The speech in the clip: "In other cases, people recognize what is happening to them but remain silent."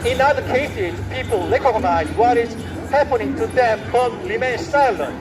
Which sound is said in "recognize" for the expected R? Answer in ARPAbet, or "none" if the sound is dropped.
L